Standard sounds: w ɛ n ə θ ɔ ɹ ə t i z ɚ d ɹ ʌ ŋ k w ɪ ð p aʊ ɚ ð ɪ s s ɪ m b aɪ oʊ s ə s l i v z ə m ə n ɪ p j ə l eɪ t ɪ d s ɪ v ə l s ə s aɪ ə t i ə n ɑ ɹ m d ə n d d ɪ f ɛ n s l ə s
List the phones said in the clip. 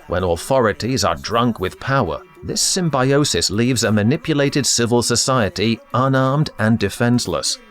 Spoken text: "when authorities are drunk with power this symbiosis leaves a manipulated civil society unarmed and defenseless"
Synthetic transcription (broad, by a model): w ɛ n ə θ ɔ ɹ ə t i z ɚ d ɹ ʌ ŋ k w ɪ ð p aʊ ɚ ð ɪ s s ɪ m b aɪ oʊ s ə s l i v z ə m ə n ɪ p j ə l eɪ t ɪ d s ɪ v ə l s ə s aɪ ə t i ə n ɑ ɹ m d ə n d d ɪ f ɛ n s l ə s